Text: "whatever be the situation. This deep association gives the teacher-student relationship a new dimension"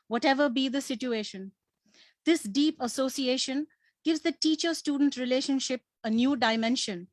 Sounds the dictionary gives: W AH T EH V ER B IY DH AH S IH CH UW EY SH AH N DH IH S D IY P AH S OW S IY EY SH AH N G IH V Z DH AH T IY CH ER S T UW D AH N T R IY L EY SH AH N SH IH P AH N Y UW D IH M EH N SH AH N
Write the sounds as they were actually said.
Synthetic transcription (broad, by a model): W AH T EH V ER B IY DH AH S IH CH UW EY SH AH N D IH S D IY P AH S OW S IY EY SH AH N G IH V Z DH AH T IY CH ER S T UW D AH N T R IY L EY SH AH N SH IH P AH N Y UW D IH M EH N SH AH N